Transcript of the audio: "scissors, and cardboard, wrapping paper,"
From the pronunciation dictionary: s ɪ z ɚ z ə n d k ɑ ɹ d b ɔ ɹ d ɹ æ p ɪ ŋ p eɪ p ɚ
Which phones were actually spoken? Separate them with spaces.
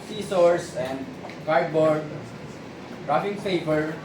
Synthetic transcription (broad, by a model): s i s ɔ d ə n d k ɑ ɹ d b ɔ ɹ d ɹ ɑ f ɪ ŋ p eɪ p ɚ